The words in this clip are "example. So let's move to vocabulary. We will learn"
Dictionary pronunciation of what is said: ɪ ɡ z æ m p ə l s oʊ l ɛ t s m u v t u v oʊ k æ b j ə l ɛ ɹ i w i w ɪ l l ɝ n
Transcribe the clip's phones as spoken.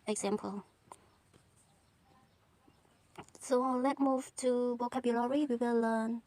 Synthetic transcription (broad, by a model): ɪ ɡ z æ m p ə l s oʊ l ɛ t m u v t u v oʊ k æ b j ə l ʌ ɹ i w i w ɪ l l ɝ n